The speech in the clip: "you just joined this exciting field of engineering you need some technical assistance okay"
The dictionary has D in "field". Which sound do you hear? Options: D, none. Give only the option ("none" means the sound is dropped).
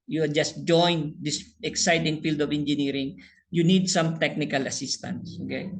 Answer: D